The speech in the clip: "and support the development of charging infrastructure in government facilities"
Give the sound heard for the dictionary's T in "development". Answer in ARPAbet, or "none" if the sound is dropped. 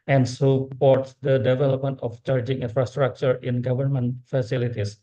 T